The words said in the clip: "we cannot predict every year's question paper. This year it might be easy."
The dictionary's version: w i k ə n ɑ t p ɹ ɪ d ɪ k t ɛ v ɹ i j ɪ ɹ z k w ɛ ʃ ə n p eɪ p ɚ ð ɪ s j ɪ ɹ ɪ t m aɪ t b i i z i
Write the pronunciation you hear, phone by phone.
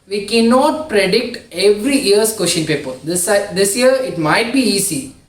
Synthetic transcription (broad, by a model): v i k ə n ɑ t p ɹ ɪ d ɪ k t ɛ v ɹ i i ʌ ɹ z k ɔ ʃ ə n p eɪ p ɚ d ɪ s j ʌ ɹ ɪ t m aɪ t b i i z i